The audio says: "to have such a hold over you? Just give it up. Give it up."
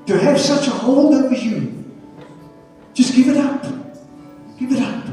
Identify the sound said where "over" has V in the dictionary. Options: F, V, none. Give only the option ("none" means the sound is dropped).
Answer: none